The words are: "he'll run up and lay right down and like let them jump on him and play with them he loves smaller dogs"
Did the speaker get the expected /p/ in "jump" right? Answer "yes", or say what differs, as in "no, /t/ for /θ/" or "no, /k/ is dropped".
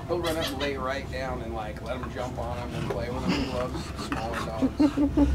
yes